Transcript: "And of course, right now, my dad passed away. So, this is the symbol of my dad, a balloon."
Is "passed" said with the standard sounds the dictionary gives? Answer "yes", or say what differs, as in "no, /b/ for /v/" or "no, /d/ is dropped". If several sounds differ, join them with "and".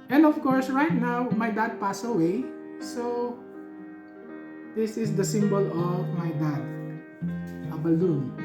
no, /t/ is dropped